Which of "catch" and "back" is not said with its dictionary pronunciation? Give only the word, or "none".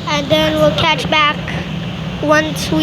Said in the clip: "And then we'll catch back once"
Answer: none